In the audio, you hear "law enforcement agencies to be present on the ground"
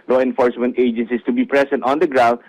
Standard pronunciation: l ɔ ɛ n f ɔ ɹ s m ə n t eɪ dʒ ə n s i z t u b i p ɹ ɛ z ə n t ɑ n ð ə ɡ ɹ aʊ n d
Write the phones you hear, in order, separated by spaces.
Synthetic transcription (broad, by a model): l ɔ ɛ n f ɔ ɹ s m ə n t eɪ dʒ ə n s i s t u b i p ɹ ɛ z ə n t ɑ n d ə ɡ ɹ aʊ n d